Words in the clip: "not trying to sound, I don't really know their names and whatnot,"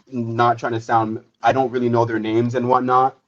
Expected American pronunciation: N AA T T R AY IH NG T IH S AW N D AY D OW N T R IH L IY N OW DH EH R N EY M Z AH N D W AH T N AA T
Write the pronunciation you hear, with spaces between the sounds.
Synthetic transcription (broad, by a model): N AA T T R AY IH NG T IH S AW N D AY D OW N T R IH L IY N OW DH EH R N EY M Z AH N W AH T N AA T